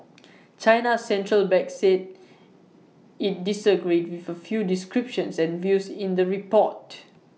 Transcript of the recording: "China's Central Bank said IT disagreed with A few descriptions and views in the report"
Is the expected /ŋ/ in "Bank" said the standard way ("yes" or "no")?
no